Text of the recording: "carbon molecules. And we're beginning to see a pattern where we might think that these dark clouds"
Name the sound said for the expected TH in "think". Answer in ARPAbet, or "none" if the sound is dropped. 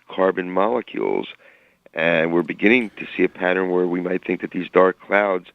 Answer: TH